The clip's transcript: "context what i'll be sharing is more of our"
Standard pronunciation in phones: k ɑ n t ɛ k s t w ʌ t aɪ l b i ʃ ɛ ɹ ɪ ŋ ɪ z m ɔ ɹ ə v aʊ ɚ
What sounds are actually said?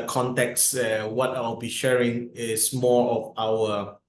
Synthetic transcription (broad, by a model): k ɑ n t ɛ k s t w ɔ t aɪ w b i ʃ ɛ ɹ ɪ ŋ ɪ s m ɔ ɹ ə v aʊ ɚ